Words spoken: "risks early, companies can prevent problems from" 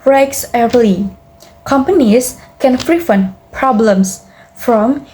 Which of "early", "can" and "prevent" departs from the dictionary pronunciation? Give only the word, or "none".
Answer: prevent